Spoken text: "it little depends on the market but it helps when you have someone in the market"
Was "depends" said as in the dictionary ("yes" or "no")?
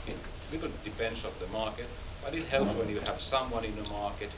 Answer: no